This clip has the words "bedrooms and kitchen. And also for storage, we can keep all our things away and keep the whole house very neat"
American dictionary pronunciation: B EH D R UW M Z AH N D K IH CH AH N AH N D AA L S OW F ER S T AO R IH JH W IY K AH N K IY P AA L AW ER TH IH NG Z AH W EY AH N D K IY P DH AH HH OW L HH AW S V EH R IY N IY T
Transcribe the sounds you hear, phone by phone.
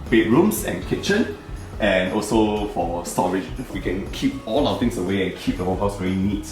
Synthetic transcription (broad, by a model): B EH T R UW M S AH N K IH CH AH N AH N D AA L S OW F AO S T AO R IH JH W IY K AH N K IY P AA L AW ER T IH NG S AH W EY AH N K IY P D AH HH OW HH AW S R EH L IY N IY T